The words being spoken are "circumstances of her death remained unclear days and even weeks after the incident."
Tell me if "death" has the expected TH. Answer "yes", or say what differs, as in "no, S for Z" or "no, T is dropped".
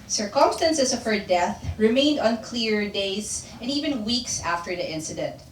yes